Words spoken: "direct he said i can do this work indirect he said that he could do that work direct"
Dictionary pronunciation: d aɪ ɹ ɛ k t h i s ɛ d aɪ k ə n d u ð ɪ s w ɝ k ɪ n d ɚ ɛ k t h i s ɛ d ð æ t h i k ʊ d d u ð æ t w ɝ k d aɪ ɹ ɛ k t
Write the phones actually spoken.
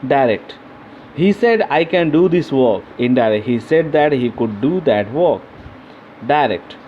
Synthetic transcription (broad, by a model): d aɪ ɹ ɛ k t h i s ɛ d aɪ k ə n d u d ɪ s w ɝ k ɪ n d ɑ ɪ t h i s ɛ d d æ t h i k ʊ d d u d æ t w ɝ k d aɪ ɹ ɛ k t